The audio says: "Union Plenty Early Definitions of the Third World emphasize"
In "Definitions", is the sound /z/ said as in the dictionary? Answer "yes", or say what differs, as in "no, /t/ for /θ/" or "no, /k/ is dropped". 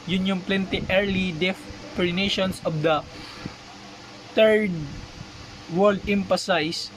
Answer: no, /s/ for /z/